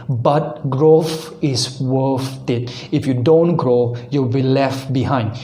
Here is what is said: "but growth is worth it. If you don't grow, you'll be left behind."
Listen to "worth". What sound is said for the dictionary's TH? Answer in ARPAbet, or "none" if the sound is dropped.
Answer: F